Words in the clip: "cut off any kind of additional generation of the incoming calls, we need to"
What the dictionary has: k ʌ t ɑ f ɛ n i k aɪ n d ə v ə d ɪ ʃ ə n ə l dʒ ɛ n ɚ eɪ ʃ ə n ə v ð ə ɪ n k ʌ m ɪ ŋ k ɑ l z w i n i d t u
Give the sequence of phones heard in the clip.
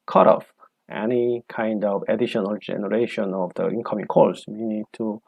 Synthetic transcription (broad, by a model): k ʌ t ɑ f ɛ n i k aɪ n d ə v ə d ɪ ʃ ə n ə l dʒ ɛ n ɚ eɪ ʃ ə n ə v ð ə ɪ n k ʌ m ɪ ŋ k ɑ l s w i n i d t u